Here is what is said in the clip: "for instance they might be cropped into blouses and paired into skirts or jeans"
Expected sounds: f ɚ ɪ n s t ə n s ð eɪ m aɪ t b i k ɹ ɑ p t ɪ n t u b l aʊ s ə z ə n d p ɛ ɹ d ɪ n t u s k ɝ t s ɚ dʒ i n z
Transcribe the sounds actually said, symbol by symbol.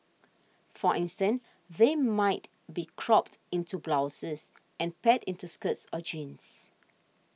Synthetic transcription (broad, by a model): f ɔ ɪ n s t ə n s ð eɪ m aɪ t b i k ɹ ɑ p t ɪ n t u b l aʊ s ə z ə n p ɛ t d ɪ n t u s k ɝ t s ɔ dʒ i n s